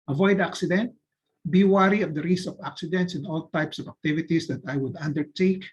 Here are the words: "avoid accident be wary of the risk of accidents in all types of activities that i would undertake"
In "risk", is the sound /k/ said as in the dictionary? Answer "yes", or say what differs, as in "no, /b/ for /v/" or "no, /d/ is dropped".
no, /k/ is dropped